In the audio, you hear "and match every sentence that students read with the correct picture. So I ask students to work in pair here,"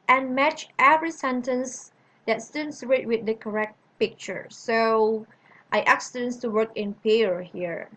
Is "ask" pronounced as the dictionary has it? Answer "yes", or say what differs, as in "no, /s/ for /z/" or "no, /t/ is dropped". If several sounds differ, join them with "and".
no, /s/ is dropped